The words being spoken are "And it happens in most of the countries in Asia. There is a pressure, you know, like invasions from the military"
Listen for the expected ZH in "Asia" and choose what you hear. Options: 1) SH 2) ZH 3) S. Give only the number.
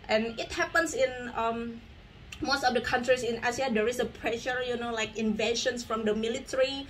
3